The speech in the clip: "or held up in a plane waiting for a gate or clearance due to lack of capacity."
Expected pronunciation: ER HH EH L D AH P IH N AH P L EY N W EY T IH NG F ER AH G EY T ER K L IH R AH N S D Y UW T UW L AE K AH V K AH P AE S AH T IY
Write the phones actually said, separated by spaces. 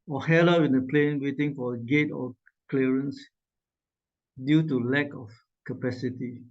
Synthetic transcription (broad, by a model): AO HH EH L AH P IH N AH P L EY N W EY T IH NG F AH G EY T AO K L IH R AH N S D Y UW T UW L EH K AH F K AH P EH S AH T IY